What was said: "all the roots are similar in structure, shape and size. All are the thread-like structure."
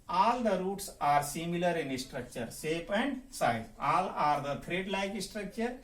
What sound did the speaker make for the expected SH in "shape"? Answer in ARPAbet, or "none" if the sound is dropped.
S